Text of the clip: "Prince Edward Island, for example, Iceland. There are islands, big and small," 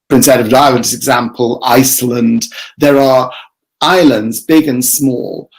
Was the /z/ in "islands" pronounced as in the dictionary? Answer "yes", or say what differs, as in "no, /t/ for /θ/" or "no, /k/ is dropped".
yes